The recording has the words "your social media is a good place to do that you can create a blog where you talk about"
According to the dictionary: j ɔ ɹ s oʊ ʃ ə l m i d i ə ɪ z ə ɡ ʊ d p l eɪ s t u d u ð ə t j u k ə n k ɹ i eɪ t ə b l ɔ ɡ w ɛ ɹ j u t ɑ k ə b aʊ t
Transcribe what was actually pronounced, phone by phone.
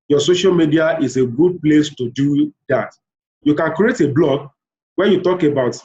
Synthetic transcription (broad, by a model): j ɔ s oʊ ʃ ə l m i d i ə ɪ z ə ɡ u d p l eɪ s t u d u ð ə t j u k ə n k ɹ i eɪ t ə b l ɔ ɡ w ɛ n j u t ɑ k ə b aʊ t